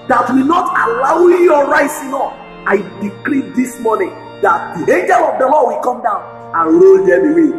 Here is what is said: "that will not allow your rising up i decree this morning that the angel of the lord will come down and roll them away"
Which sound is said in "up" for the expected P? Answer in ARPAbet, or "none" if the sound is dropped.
F